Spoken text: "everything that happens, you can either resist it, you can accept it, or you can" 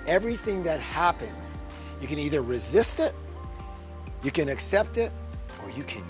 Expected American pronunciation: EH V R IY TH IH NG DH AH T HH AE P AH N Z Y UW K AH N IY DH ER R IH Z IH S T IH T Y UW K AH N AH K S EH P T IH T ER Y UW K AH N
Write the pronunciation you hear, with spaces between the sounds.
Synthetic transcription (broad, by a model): EH V R IY TH IH NG DH AH T HH AE P AH N Z Y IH K AH N IY DH ER R IH Z IH S T IH T Y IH K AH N AH K S EH P T IH T ER Y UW K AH N